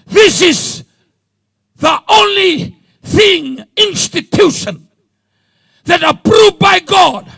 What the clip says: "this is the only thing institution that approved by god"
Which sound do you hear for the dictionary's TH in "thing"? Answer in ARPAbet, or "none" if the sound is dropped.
TH